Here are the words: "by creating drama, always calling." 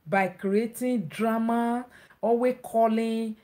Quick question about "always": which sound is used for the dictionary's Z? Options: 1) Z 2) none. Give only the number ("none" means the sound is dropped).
2